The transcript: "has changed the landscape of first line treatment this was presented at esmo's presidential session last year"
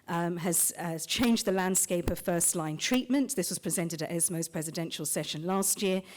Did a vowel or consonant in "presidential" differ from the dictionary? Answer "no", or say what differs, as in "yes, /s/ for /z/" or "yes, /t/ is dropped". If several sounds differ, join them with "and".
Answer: no